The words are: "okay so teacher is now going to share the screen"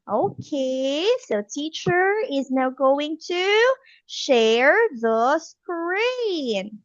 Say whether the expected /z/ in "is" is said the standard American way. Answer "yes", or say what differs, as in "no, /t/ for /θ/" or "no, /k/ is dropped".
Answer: yes